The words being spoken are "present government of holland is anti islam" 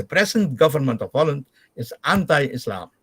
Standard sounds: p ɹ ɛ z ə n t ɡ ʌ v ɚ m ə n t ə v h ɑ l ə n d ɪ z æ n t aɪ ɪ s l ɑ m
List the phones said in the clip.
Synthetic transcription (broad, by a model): p ɹ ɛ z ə n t ɡ ʌ v ɚ m ə n t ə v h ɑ l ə n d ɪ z æ n t aɪ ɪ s l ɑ m